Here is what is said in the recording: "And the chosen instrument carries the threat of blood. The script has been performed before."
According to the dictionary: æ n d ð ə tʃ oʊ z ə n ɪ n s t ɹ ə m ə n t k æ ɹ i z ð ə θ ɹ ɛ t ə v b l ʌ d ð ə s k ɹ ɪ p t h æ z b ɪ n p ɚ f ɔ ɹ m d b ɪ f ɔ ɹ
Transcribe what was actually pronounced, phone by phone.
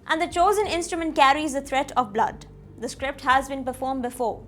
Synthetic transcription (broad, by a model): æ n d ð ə tʃ oʊ z ə n ɪ n s t ɹ ə m ə n t k æ ɹ i z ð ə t ɹ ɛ t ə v b l ʌ d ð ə s k ɹ ɪ p t h æ z b ɪ n p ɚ f ɔ ɹ m b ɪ f ɔ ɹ